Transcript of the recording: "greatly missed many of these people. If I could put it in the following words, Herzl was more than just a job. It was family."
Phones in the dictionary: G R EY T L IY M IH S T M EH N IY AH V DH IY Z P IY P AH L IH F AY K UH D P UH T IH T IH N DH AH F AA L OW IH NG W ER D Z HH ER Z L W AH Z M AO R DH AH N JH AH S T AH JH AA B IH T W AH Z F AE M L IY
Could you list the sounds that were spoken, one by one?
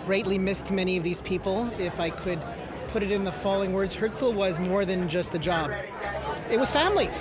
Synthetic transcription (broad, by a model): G R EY T L IY M IH S T M EH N IY AH V DH IY Z P IY P L IH F AY K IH D P UH T IH T IH N DH AH F AA L IH NG W ER D Z HH ER S L W AH Z M AO R DH AH N JH AH S T AH JH AA B IH T W AH Z F AE M L IY